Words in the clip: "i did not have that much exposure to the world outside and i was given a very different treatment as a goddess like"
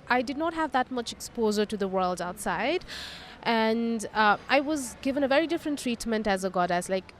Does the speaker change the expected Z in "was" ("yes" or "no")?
no